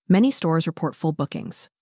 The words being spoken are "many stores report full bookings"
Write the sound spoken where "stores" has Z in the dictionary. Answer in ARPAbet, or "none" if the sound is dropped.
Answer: Z